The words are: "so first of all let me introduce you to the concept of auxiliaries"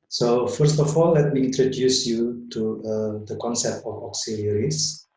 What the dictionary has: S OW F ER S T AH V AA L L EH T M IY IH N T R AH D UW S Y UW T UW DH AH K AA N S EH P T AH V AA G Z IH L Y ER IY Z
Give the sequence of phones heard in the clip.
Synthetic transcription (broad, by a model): S OW F ER S T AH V AA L L EH T M IY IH N T R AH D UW S Y UW T UW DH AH K AA N S EH P T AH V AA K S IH L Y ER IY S